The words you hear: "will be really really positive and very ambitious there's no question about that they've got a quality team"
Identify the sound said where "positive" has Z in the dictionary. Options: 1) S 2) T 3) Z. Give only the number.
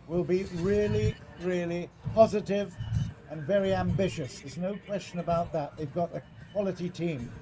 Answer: 3